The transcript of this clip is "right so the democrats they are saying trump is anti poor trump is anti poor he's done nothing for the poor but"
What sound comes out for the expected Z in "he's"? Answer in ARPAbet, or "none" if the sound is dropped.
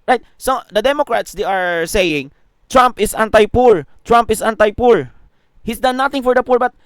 S